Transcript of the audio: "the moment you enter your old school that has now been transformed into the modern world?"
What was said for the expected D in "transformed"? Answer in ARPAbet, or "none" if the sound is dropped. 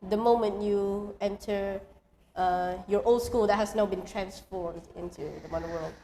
D